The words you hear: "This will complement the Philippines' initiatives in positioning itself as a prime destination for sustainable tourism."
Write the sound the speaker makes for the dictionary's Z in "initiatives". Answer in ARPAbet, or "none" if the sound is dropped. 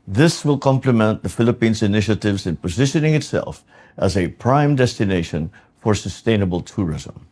Z